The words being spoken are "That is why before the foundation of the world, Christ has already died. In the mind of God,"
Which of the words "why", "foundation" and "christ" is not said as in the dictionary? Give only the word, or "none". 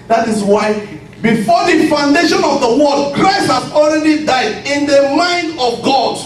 none